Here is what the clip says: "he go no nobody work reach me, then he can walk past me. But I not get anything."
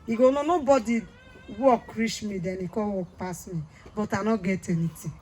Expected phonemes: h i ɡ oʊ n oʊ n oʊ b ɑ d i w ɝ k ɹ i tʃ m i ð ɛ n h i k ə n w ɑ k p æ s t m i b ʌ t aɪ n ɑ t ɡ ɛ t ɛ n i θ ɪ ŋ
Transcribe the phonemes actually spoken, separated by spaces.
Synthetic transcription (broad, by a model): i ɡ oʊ n oʊ n oʊ b ɑ d i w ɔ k ɹ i ʃ m i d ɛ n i k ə w ɑ k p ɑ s m i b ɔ t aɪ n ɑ ɡ ɛ t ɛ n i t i